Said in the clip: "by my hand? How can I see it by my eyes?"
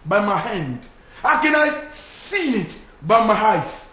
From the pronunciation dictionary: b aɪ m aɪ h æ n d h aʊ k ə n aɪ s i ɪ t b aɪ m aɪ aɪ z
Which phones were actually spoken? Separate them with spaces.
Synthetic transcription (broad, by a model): b aɪ m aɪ h æ n d h aʊ k ə n aɪ s i ɪ t b aɪ m aɪ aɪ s